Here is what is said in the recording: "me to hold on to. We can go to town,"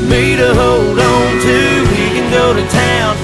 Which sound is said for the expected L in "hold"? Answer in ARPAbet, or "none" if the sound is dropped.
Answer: none